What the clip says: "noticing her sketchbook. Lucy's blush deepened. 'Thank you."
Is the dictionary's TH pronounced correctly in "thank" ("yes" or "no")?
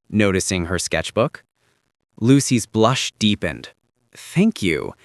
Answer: yes